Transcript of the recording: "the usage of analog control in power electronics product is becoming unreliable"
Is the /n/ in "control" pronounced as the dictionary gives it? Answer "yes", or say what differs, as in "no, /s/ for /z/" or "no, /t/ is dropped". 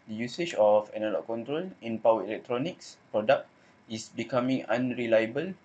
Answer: yes